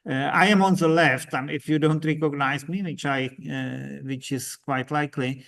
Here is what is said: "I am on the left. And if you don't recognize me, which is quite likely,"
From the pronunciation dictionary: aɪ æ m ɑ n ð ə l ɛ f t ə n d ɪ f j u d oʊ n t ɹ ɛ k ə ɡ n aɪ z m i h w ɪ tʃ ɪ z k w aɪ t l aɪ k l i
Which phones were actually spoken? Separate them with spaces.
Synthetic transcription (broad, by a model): aɪ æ m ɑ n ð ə l ɛ f t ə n ɪ f j u d oʊ n t ɹ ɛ k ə ɡ n aɪ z m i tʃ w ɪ tʃ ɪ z k w aɪ t l aɪ k l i